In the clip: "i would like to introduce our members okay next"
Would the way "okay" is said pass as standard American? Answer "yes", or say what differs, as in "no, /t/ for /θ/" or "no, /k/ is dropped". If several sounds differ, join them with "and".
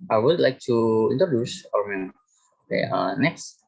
no, /k/ is dropped